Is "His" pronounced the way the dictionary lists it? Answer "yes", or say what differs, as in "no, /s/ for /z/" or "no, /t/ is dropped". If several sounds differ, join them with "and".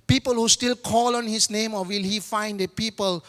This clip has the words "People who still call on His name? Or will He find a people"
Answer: no, /s/ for /z/